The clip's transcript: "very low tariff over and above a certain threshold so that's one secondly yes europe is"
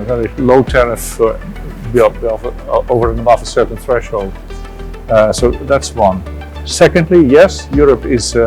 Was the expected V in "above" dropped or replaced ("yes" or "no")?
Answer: yes